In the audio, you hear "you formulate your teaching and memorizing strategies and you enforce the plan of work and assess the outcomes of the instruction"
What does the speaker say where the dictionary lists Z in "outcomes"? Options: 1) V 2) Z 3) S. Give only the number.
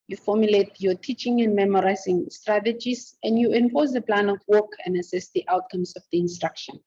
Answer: 3